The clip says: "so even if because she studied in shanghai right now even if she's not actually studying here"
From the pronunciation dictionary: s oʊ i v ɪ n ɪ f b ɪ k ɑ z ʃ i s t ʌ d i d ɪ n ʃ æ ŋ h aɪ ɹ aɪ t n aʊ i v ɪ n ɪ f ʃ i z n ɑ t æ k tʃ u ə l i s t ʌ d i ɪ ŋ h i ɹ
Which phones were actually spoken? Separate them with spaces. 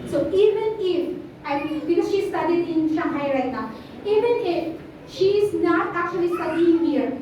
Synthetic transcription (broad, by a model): s oʊ i v ɪ n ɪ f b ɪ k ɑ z ʃ i s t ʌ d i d ɪ n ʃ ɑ h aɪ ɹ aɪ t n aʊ i v ɪ n ɪ f ʃ i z n ɑ t æ k tʃ u ə l i s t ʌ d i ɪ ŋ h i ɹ